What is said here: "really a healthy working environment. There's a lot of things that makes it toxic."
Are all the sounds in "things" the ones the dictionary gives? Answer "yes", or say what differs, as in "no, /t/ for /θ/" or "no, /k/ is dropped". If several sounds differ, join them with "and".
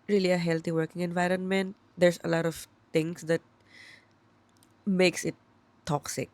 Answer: no, /t/ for /θ/